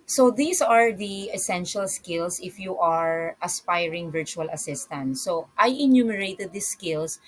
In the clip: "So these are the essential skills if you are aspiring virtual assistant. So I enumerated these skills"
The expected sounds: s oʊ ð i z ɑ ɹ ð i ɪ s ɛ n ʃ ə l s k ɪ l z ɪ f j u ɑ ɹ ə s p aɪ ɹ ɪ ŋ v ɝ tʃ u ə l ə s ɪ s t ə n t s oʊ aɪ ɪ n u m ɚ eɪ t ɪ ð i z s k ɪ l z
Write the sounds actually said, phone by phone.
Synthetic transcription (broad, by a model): s oʊ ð i s ɑ ɹ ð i ɪ s ɛ n ʃ ə l s k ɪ l s ɪ f j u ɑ ɹ ə s p aɪ ɹ ɪ ŋ v ɝ tʃ u ə l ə s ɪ s t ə n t s oʊ aɪ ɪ n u m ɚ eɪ t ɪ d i s k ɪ l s